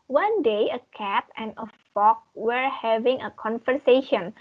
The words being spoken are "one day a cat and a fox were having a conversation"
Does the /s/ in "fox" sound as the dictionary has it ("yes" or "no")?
no